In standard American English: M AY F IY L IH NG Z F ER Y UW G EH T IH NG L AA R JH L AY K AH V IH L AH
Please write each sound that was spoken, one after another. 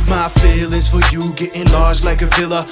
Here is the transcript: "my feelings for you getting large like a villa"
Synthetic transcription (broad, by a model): M AY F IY L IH Z F ER Y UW G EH T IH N L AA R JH L AY K AH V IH L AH